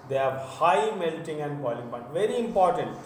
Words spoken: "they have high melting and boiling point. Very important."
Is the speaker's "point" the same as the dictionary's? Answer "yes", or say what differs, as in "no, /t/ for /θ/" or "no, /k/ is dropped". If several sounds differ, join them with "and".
no, /b/ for /p/ and /n/ is dropped